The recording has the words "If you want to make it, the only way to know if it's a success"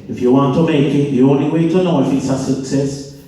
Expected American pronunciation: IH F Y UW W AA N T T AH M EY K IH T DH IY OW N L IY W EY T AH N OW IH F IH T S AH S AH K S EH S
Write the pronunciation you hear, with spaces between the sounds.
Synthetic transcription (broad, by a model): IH F Y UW W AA N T T AH M EY K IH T DH IY OW N L IY W EY T AH N OW IH F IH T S AH S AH K S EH S